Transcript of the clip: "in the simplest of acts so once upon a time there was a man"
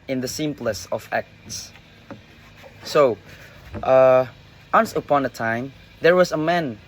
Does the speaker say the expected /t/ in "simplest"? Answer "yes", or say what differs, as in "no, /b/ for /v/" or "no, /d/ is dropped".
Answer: no, /t/ is dropped